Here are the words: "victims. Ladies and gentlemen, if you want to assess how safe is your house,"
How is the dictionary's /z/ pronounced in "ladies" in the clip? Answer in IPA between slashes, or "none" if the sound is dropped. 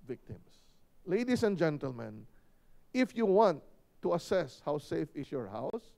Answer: /s/